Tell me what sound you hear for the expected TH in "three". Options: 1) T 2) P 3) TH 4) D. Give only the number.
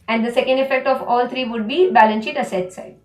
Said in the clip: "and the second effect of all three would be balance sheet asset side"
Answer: 1